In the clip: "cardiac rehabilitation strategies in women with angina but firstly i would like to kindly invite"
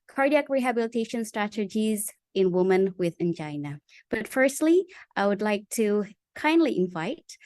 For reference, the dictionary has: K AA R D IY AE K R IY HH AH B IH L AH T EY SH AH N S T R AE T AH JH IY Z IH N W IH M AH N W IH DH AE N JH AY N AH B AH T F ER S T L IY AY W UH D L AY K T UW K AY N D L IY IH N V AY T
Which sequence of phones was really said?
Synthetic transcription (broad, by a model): K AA R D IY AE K R IY HH AH B IH L AH T EY SH AH N S T R AE T AH JH IY Z IH N W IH M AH N W IH DH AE N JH AY N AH B AH T F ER S T L IY AY W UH D L AY K T UW K AY N D L IY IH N V AY T